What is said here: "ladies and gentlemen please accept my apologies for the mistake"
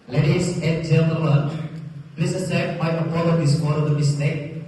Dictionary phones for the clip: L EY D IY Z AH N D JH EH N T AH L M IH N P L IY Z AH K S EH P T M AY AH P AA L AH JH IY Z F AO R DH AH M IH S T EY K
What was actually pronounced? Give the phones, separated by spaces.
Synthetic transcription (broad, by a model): L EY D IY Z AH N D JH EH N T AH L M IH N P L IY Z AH S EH T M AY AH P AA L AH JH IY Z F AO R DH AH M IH S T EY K